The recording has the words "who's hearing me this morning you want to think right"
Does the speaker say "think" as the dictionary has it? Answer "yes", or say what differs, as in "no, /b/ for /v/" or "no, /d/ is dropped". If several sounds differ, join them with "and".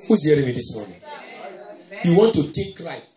no, /t/ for /θ/ and /ŋ/ is dropped